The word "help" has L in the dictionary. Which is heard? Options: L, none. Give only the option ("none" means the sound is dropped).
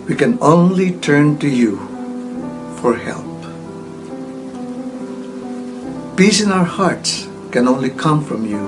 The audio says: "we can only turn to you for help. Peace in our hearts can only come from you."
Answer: L